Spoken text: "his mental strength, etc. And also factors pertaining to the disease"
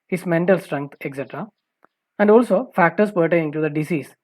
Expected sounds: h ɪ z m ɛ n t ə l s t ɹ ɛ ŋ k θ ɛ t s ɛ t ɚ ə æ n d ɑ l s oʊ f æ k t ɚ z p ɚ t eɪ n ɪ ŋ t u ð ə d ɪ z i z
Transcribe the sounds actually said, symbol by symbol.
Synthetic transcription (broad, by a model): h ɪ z m ɛ n t ə l s t ɹ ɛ ŋ k t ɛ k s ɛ t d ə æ n d ɑ l s oʊ f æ k t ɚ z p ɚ t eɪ ɪ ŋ t u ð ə d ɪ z i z